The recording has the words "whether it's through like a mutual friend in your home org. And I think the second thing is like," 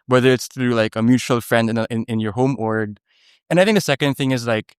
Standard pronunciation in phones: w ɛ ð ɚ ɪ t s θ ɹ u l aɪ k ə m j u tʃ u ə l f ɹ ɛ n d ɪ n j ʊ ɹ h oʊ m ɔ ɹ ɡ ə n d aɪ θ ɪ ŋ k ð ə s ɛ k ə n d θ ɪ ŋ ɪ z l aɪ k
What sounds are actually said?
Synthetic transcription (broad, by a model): w ɛ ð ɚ ɪ t s θ ɹ u l aɪ k ə m j u tʃ u ə l f ɹ ɛ n d ɪ n j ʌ ɹ h oʊ m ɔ ɹ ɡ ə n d aɪ θ ɪ ŋ k ð ə s ɛ k ə n d θ ɪ ŋ ɪ z l aɪ k